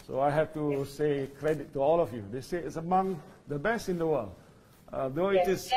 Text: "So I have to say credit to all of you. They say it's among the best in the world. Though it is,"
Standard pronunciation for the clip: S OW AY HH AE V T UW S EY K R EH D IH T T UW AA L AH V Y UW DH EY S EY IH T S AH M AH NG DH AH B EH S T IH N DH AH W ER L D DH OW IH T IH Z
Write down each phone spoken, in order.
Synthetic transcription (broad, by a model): S OW AY HH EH F T UW S EY K R EH D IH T T UW AA L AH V Y UW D EY S EY IH T S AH M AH NG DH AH B EH S T IH N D AH W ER L D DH OW IH T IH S